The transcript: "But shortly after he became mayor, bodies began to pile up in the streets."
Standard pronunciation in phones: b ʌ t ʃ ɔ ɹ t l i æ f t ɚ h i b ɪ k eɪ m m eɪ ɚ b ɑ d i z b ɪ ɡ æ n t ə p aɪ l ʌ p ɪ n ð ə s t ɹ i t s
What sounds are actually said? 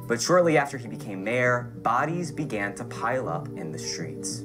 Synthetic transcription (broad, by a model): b ʌ t ʃ ɔ ɹ t l i æ f t ɚ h i b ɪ k eɪ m m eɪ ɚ b ɑ d i z b ɪ ɡ æ n t ə p aɪ l ʌ p ɪ n ð ə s t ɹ i t s